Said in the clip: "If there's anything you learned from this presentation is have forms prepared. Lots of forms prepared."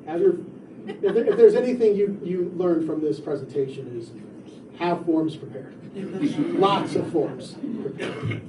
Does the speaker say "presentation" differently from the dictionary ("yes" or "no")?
no